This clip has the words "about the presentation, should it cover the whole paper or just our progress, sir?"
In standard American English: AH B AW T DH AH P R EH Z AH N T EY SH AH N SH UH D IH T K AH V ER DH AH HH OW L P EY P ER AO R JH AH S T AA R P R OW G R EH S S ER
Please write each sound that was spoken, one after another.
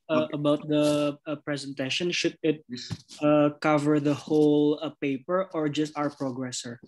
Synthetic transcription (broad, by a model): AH B AW T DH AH P R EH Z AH N T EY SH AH N SH UH D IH T K AH V ER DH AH HH OW L P EY P ER AO R JH AH S T AA R P R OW G R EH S S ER